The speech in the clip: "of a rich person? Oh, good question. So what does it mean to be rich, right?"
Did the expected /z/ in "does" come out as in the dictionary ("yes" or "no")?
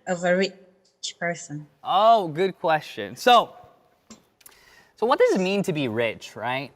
yes